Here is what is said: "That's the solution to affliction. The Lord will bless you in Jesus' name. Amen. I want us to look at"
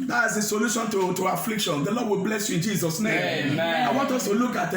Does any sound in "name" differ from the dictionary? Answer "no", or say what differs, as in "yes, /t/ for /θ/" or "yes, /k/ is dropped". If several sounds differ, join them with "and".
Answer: yes, /m/ is dropped